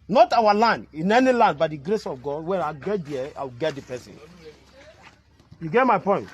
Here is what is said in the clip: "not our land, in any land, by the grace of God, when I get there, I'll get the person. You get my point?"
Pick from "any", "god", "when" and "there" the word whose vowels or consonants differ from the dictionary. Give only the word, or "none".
there